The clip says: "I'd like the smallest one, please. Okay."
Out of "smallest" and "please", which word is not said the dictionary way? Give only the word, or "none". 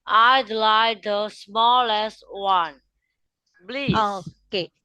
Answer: please